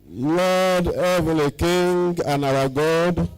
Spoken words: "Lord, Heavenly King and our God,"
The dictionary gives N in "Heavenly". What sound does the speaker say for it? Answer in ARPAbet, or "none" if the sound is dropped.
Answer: none